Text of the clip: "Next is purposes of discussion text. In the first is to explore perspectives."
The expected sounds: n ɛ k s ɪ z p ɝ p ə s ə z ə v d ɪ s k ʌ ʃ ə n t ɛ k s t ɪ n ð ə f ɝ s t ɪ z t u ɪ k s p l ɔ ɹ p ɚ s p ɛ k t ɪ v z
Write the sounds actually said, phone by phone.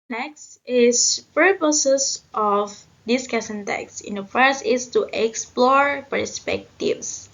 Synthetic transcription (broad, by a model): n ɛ k s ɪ s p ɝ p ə s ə s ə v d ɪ s k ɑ s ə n t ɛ k s ɪ n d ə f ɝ s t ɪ s t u ɪ k s p l ɔ ɹ p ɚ s p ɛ k t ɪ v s